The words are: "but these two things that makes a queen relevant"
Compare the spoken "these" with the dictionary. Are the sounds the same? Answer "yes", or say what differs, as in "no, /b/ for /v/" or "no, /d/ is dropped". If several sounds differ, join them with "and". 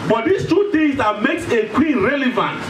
no, /s/ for /z/